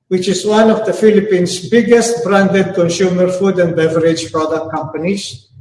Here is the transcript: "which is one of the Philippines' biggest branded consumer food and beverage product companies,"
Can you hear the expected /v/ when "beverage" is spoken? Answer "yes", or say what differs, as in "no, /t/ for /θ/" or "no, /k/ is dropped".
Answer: yes